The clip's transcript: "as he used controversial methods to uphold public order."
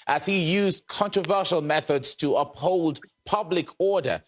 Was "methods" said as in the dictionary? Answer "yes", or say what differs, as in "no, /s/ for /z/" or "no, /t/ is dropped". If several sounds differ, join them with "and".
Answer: yes